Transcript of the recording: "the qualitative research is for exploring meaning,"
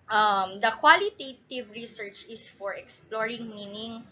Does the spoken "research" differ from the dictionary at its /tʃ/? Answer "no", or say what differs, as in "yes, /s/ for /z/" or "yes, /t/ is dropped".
no